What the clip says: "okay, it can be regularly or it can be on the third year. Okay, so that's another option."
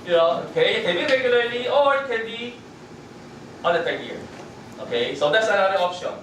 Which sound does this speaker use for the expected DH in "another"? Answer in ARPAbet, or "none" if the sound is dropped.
none